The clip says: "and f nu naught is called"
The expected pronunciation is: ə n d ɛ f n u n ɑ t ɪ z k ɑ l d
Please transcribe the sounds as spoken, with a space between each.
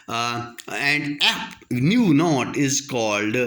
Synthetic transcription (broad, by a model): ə n d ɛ p n u n ɑ t ɪ z k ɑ l d